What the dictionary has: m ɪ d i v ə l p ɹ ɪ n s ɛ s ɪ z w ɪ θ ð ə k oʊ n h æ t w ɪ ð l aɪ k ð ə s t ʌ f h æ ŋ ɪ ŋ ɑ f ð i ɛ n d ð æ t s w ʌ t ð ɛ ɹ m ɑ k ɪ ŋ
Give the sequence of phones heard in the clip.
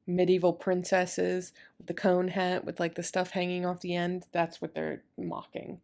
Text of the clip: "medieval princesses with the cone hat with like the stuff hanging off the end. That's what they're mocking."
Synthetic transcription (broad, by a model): m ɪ d i v l p ɹ ɪ n s ɛ s ɪ z w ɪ ð ə k oʊ n h æ t w ɪ ð l aɪ k ð ə s t ʌ f h æ ŋ ɪ ŋ ɑ f ð i ɛ n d ð æ t s w ʌ t ð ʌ ɹ m ɑ k ɪ ŋ